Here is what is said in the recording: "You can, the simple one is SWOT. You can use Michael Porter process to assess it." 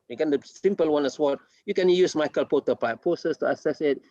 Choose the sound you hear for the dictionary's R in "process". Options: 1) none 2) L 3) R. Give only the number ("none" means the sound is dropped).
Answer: 2